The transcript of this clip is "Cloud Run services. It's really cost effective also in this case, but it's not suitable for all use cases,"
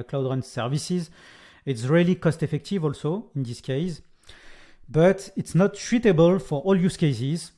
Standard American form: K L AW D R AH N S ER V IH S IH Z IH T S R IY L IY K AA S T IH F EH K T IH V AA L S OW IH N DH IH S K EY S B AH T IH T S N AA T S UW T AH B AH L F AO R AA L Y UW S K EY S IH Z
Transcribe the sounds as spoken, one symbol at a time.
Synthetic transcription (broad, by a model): K L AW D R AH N S ER V IH S IH Z IH T S R IY L IY K AA S T IH F EH K T IH V AA L S OW IH N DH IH S K EY S B AH T IH T S N AA T SH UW T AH B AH L F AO R AA L Y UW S K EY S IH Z